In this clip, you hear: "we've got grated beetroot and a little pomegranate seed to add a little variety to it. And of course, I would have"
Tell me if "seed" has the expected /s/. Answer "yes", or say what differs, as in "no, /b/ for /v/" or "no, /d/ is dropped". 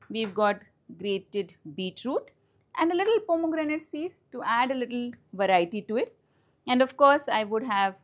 yes